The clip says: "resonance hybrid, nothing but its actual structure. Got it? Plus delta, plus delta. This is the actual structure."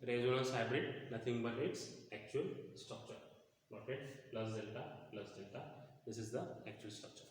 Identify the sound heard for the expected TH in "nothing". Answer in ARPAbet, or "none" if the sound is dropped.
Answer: T